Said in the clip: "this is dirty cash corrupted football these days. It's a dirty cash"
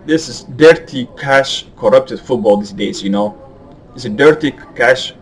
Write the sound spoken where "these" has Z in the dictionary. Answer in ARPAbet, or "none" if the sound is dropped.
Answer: S